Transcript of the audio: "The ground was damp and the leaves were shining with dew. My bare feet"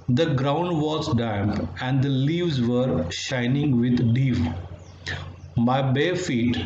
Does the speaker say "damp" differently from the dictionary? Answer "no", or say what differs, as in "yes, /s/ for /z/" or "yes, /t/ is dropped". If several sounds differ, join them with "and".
no